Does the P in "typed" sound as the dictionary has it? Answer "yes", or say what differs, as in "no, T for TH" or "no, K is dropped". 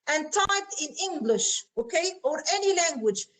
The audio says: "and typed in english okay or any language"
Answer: no, P is dropped